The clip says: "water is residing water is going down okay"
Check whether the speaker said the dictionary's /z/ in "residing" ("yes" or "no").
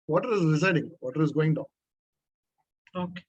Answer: no